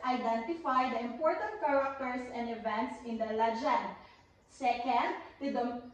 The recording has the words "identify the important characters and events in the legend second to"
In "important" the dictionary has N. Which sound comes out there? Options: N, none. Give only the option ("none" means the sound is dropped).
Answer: N